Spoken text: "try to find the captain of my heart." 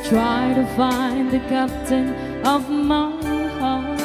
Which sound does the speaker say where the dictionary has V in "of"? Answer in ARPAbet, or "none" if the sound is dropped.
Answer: V